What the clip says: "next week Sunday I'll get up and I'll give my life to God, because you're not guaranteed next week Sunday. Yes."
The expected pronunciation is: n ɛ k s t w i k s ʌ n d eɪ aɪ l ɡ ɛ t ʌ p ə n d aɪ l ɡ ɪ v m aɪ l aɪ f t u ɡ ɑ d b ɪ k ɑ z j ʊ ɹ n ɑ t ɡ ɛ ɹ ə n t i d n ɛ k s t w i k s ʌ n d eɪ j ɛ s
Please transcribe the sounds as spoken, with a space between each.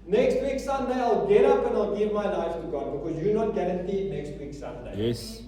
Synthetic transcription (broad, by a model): n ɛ k s t w i k s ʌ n d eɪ aɪ l ɡ ɛ t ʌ p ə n aɪ l ɡ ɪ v m aɪ n aɪ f t u ɡ ɑ d b ɪ k ɑ z j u n ɑ t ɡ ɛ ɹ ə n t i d n ɛ k s t w i k s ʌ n d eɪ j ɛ s